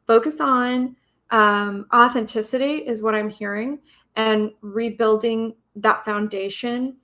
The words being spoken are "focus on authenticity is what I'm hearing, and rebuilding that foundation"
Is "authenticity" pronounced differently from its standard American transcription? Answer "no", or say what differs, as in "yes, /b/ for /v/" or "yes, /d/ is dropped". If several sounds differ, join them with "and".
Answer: no